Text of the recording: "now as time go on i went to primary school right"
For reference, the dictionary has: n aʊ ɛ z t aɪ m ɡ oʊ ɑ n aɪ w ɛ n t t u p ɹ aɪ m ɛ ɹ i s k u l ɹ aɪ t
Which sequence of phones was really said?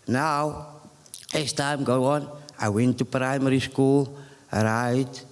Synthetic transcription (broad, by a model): n aʊ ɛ s t aɪ m ɡ oʊ ɑ n aɪ w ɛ n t t u p ɹ aɪ m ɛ ɹ i s k u l ɹ aɪ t